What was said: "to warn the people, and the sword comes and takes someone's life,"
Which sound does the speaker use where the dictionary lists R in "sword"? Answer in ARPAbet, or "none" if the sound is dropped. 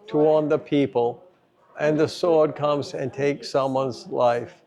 R